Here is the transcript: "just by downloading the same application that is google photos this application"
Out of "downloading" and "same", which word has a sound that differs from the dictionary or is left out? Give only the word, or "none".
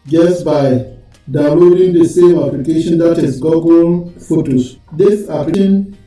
downloading